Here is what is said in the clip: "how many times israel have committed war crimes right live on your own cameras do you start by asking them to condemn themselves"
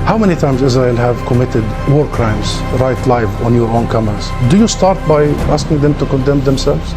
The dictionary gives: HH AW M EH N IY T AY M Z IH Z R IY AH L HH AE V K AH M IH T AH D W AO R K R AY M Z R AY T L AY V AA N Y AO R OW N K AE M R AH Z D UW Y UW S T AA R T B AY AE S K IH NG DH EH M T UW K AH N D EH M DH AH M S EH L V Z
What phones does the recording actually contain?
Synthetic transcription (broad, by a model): HH AW M EH N IY T AY M Z IH Z R IY AH L HH AE V K AH M IH T AH D W AO R K R AY M Z R AY T L AY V AA N Y AO R OW N K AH M AH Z D UW Y UW S T AA R T B AY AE S K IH NG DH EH M T UW K AH N D EH M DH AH M S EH L V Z